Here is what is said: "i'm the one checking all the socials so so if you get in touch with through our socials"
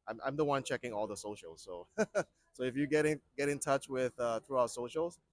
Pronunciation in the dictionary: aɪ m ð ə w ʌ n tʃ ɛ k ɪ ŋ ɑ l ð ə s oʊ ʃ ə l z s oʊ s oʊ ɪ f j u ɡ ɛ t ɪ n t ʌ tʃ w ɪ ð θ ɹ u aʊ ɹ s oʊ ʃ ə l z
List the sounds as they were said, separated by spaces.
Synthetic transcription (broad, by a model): aɪ m ð ə w ʌ n tʃ ɛ k ɪ ŋ ɑ l ð ə s oʊ ʃ l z s oʊ s oʊ ɪ f j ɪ ɡ ɛ t ɪ n t ʌ tʃ w ɪ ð θ ɹ u aʊ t s oʊ ʃ l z